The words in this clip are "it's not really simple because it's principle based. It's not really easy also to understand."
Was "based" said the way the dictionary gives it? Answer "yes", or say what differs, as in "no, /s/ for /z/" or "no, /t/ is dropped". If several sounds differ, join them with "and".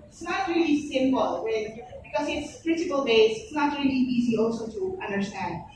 no, /t/ is dropped